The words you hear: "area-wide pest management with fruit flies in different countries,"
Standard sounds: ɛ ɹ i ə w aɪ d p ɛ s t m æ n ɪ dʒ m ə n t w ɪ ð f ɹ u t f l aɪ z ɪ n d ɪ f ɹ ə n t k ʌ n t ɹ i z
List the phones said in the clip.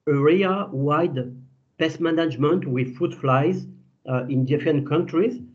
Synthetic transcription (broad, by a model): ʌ ɹ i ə w aɪ d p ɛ s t m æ n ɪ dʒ m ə n t w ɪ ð f u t f l aɪ z ɪ n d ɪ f ɹ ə n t k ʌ n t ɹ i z